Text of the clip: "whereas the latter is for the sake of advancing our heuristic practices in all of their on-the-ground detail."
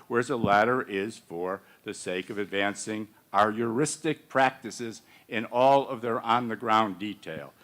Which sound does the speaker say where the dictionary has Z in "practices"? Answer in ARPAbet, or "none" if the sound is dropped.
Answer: Z